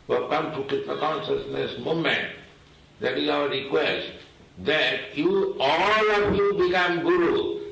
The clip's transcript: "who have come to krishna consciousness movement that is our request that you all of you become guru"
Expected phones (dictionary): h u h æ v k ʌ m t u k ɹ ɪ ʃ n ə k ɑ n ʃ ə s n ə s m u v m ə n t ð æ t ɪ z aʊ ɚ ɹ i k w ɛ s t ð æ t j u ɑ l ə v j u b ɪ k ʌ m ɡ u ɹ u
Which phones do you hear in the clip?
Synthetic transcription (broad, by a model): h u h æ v k ʌ m t u k ɹ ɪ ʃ n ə k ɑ n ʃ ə s n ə s m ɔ m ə n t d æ t ɪ z aʊ ɚ ɹ i k w ɛ s t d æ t j u ɑ l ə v j u b ɪ k ʌ m ɡ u ɹ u